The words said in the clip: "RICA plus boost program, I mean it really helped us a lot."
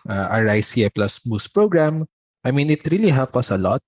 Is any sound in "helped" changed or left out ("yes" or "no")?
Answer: yes